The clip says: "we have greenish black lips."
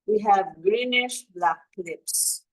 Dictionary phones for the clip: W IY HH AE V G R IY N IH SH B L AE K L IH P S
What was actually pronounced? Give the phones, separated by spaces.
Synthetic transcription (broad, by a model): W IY HH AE V G R IY N IH SH B L AE K L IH P S